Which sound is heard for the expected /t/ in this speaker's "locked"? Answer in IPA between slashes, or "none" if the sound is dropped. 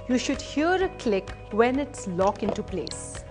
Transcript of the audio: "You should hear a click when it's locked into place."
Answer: none